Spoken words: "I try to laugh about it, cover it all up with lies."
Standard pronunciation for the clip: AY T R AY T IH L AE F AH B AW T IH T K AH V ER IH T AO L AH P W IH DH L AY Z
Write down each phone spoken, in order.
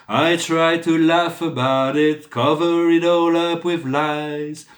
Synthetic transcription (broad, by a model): AY T R AY T IH L AE F AH B AW T IH T K AH V ER IH T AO L AH P W IH DH L AY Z